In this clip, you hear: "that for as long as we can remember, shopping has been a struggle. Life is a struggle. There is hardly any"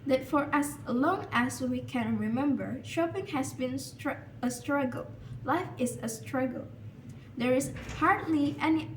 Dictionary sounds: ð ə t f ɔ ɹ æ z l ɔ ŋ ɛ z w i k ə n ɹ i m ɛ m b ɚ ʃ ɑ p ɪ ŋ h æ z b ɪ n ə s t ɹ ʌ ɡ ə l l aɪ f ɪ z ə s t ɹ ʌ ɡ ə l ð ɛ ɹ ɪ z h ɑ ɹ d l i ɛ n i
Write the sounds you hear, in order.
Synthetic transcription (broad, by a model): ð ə t f ɔ ɹ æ s l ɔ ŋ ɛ s w i k ə n ɹ i m ɛ m b ɚ ʃ ɑ p ɪ ŋ h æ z b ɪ n ə s t ɹ ʌ ɡ ə l l aɪ f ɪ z ə s t ɹ ʌ ɡ ə l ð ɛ ɹ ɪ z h ɑ ɹ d l i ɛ n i